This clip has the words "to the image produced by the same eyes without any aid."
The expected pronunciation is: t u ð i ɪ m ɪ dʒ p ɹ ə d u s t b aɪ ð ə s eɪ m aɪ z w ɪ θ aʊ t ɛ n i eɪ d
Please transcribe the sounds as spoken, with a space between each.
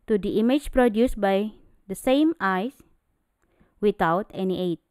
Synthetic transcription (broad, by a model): t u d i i m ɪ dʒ p ɹ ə d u s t b aɪ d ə s eɪ m aɪ s w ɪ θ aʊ t ɛ n i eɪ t